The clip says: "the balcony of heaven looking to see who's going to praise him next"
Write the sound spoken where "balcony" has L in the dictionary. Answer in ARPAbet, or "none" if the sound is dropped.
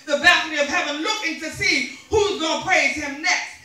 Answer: none